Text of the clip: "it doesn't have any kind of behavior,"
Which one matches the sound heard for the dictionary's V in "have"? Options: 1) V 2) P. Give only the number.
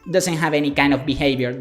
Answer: 1